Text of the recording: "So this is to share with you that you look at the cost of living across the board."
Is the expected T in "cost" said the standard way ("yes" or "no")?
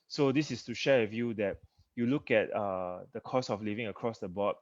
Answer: no